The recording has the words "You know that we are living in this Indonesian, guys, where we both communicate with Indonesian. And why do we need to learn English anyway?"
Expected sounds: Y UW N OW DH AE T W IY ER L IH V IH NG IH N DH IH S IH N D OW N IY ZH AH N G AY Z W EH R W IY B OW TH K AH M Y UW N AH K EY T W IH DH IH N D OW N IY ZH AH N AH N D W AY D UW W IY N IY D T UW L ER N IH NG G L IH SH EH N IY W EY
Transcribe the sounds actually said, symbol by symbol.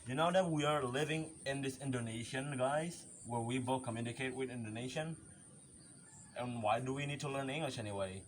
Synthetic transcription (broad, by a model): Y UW N OW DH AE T W IY ER L IH V IH NG IH N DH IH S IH N D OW N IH SH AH N G AY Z W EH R W IY B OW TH K AH M Y UW N AH K EY T W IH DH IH N D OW N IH SH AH N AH N W AY D UW W IY N IY D T UW L ER N IH NG G L IH SH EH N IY W EY